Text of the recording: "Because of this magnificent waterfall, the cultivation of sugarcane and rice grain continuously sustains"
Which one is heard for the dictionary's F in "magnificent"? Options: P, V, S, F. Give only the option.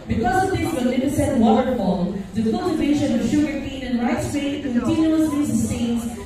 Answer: P